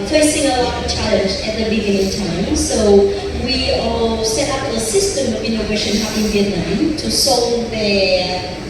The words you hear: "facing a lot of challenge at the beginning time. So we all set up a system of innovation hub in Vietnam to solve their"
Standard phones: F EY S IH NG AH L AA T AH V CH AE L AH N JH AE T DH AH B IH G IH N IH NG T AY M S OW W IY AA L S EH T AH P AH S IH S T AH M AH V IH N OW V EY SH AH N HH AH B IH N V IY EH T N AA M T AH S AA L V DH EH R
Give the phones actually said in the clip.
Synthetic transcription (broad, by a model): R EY S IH NG AH L AA T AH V CH AE L AH N JH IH T DH AH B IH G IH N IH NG T AY M S OW W IY AA L S EH T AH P AH S IH S T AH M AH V IH N OW V EY SH AH N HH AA IH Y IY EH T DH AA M T AH S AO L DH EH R